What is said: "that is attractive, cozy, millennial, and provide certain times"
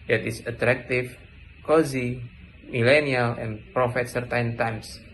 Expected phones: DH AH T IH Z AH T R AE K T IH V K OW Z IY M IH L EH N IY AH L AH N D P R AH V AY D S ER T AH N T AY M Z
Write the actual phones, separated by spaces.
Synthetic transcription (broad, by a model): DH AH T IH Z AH T R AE K T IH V K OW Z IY M IH L EH N IY AH L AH N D P R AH F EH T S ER T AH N T AY M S